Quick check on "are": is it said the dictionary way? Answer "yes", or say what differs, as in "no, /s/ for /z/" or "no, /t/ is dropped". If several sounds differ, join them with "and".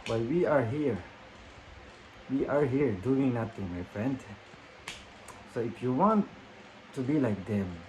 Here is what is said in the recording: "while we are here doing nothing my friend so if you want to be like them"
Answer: yes